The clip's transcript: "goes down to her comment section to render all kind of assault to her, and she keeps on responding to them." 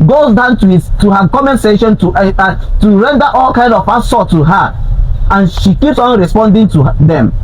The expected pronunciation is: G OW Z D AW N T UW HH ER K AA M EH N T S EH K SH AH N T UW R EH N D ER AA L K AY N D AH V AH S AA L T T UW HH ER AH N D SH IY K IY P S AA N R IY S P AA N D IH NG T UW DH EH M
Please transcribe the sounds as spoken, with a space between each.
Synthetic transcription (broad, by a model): G OW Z D AW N T UW HH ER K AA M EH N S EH SH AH N T UW R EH N D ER AA L K AY N D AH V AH S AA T T UW HH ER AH N SH IY K IY P S AA N R IY S P AA N D IH NG T UW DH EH M